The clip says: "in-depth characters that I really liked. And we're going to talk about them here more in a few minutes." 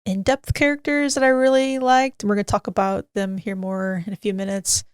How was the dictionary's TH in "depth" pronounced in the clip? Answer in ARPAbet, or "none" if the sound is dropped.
TH